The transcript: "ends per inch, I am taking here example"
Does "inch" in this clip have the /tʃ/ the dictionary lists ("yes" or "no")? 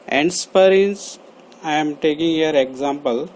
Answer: no